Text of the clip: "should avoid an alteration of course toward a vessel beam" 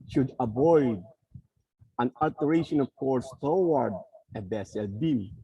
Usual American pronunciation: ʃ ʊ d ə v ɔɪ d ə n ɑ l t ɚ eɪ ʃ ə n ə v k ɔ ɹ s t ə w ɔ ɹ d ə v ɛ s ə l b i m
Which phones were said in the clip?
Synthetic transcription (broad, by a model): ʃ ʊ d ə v ɔɪ d ə n ɑ l t ɚ eɪ ʃ ə n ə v k ɔ ɹ s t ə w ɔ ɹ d ə b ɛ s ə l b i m